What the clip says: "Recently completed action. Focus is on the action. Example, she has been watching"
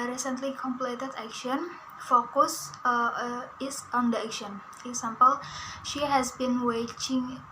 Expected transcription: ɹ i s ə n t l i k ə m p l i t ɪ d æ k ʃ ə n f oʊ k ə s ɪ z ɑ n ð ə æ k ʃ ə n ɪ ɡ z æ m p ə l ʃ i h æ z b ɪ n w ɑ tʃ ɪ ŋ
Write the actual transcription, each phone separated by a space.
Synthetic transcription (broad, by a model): ɹ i s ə n t l i k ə m p l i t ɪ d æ k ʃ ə n f oʊ k ə s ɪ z ɑ n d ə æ k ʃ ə n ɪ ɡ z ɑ m p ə l ʃ i h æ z b ɪ n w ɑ tʃ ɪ ŋ